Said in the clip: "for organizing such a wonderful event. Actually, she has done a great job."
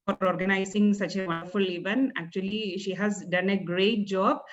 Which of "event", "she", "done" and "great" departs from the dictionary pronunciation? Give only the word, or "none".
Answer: event